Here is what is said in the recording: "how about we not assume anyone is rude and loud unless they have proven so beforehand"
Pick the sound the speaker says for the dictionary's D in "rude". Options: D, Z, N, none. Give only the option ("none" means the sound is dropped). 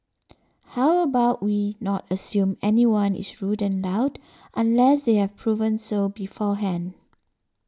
D